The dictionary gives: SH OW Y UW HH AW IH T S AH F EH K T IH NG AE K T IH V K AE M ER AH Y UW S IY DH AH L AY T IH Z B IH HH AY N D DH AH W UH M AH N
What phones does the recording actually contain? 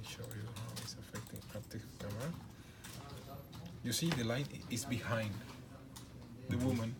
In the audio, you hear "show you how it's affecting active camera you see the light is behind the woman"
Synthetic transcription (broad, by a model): SH OW Y UW HH AW IH T S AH F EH K T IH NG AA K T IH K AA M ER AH Y UW S IY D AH L AY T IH S B IH HH AY N D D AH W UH M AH N